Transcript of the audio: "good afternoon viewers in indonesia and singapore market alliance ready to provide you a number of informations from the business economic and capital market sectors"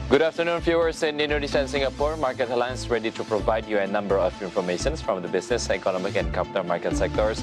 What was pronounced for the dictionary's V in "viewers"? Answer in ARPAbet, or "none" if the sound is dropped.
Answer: F